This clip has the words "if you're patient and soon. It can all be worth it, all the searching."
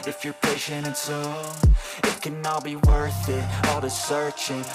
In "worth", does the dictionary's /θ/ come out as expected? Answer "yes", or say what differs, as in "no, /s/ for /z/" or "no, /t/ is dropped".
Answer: yes